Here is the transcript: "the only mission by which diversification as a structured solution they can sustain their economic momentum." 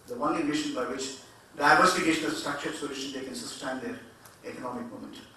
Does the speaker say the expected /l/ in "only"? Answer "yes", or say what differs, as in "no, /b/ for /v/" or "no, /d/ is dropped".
no, /l/ is dropped